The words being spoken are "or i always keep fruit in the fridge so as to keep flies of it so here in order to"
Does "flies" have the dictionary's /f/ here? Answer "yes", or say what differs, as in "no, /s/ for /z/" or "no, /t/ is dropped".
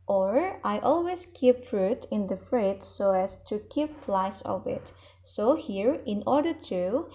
no, /p/ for /f/